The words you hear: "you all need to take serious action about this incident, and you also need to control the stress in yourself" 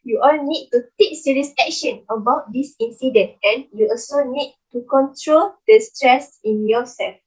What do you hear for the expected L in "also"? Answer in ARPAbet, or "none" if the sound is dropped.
L